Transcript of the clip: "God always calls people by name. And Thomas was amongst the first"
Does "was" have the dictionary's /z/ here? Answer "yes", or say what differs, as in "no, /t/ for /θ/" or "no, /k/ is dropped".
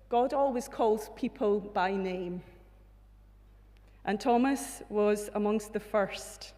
yes